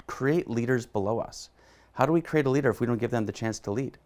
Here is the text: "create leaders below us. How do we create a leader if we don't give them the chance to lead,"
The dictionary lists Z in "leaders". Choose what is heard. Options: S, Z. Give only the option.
Z